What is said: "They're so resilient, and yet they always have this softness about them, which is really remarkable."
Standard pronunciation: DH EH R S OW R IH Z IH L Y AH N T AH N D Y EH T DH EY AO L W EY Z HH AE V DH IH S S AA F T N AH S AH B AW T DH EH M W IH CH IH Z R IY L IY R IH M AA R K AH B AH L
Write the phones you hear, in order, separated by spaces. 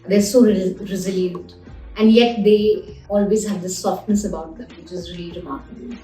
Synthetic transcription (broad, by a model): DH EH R S OW R IH Z IH L Y AH N T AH N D Y EH T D EY AO L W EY Z HH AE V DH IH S S AA F T N AH S AH B AW T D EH M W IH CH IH Z R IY L IY R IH M AA R K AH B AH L